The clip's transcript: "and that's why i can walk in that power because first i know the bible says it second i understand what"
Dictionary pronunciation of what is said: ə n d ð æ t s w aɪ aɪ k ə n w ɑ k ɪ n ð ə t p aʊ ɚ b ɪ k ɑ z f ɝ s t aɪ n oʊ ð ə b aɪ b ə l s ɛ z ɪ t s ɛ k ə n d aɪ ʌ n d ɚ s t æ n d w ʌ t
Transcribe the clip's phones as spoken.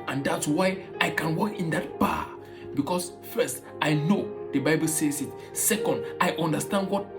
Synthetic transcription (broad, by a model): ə n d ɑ t s w aɪ aɪ k ə n w ɑ k ɪ n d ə t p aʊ b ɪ k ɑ s f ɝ s t aɪ n oʊ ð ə b aɪ b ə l s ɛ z ɪ t s ɛ k ə n d aɪ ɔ n d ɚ s t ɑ n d w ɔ t